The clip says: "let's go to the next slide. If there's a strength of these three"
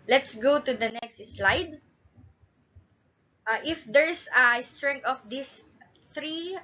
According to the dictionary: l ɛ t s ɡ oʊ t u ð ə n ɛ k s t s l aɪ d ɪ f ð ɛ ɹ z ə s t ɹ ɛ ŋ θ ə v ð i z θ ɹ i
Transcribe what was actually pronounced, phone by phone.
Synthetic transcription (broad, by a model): l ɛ t s ɡ oʊ t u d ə n ɛ k s t s l aɪ d ɪ f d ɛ ɹ s ə s t ɹ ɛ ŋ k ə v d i s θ ɹ i